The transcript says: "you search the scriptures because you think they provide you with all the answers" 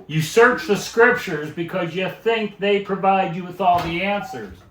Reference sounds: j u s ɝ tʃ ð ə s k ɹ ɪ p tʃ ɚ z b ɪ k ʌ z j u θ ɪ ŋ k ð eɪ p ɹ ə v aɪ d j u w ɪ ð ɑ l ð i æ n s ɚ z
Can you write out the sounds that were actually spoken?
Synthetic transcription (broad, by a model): j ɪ s ɝ tʃ ð ə s k ɹ ɪ p tʃ ɚ z b ɪ k ʌ z j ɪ θ ɪ ŋ k ð eɪ p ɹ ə v aɪ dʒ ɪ w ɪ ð ɑ l ð i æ n s ɚ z